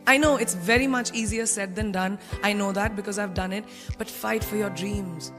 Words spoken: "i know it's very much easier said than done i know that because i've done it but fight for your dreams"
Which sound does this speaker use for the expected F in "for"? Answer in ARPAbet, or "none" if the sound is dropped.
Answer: F